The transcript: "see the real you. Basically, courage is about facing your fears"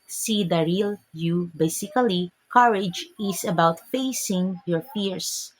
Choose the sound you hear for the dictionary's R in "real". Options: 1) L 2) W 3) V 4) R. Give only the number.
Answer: 4